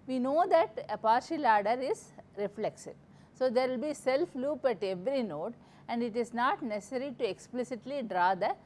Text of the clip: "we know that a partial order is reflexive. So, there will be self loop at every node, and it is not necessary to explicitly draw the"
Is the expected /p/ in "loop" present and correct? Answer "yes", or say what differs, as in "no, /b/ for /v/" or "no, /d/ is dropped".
yes